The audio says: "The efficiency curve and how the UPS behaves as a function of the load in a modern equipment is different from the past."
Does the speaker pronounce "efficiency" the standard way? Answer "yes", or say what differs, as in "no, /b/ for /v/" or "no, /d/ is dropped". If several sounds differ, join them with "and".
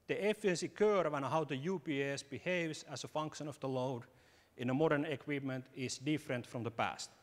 no, /ʃ/ is dropped